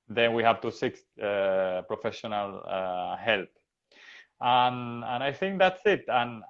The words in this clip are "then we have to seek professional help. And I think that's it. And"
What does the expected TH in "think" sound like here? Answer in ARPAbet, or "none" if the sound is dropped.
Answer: TH